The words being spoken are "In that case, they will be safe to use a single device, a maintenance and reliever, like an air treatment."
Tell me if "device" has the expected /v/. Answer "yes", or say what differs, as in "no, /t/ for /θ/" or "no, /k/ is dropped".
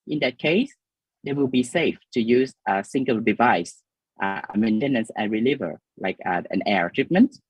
yes